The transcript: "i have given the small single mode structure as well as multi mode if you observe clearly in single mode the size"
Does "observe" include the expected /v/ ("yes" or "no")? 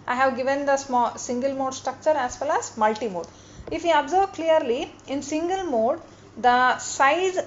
no